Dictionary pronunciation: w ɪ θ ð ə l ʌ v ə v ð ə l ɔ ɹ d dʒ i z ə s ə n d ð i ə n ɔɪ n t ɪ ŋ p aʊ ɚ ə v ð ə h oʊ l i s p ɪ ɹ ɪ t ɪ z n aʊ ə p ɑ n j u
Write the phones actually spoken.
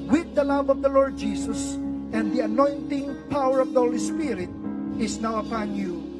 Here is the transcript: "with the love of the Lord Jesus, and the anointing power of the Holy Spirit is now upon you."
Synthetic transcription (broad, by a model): w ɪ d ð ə l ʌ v ə v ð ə l ɔ ɹ d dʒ i s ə s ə n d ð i ə n ɔɪ n t ɪ ŋ p aʊ ɚ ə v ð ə h oʊ l i s p ɪ ɹ ɪ t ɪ s n aʊ ə p ɑ n j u